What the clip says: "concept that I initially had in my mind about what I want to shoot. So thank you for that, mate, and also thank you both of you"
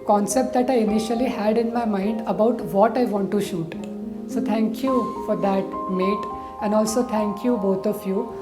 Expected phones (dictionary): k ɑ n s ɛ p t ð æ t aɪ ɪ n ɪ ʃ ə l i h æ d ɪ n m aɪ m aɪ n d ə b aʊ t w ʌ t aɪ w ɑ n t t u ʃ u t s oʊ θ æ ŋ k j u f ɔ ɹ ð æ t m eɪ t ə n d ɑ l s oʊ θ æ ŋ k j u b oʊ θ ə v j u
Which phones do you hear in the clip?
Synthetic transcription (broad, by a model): k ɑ n s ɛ p t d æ t aɪ ɪ n ɪ ʃ ə l i h æ d ɪ n m aɪ m aɪ n d ə b aʊ t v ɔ t aɪ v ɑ n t t u ʃ u t s oʊ t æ ŋ k j u f ɔ ɹ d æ t m eɪ t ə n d ɑ l s oʊ t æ ŋ k j u b oʊ t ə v j u